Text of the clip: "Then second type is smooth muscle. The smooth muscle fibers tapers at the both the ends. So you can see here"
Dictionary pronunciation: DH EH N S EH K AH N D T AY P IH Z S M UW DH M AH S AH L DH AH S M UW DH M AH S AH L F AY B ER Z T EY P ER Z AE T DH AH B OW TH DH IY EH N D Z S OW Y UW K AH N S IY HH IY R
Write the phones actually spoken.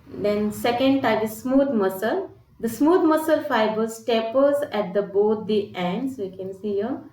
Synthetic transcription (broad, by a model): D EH N S EH K AH N D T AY IH S M UW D M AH S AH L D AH S M UW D M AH S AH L F AY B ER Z T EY P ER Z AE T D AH B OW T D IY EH N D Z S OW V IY K AH N S IY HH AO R